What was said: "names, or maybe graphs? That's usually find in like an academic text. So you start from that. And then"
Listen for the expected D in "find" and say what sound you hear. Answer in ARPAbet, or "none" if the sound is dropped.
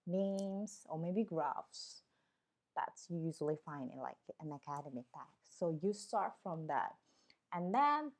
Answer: none